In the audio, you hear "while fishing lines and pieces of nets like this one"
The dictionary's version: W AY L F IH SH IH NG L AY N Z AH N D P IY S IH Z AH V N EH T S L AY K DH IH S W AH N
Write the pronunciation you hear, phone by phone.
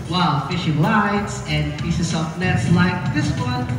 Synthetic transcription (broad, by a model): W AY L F IH SH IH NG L AY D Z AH N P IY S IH S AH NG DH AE T S L AY K DH IH S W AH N